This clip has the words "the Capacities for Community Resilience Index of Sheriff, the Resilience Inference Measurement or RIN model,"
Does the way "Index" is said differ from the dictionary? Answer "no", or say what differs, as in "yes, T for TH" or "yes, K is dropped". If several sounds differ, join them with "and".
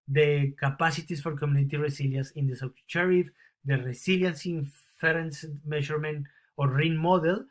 yes, K is dropped